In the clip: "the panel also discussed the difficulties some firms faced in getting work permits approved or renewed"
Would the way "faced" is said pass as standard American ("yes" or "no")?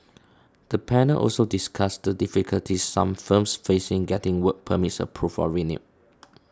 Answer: no